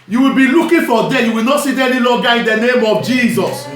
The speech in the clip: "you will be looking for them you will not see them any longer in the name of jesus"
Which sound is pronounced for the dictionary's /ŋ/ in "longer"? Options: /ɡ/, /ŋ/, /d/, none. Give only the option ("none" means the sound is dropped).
none